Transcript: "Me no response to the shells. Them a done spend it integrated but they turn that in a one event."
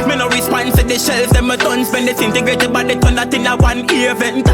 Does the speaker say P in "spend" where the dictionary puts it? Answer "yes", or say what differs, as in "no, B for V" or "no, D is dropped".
no, B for P